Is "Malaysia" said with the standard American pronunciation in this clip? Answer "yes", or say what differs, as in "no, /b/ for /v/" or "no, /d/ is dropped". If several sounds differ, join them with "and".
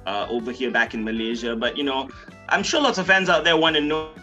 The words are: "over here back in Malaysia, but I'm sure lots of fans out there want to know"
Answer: yes